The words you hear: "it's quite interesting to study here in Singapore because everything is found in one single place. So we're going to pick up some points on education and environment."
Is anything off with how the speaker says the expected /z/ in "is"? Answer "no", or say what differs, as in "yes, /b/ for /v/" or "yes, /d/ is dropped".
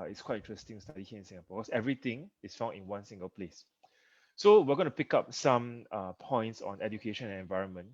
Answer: yes, /s/ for /z/